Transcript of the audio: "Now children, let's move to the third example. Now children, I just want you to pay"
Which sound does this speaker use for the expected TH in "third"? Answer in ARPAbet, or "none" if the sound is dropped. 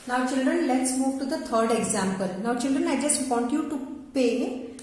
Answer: T